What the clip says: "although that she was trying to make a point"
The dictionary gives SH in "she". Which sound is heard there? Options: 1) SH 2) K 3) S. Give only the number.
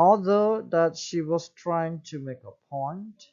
1